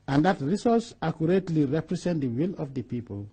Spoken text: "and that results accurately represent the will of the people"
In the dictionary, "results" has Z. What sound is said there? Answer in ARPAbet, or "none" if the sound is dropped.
S